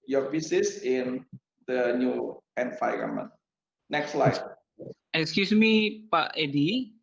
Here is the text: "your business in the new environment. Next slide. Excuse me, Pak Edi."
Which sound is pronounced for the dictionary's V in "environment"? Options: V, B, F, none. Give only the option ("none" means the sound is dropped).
F